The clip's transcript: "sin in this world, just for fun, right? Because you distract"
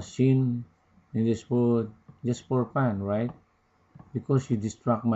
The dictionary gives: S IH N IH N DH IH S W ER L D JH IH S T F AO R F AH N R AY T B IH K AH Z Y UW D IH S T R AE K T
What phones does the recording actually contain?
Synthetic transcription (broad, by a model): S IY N IH N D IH S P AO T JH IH S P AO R P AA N R AY T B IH K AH S Y UW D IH S T R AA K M